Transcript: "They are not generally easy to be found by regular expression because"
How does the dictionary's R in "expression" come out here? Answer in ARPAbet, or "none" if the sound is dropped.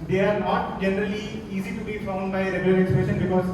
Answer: none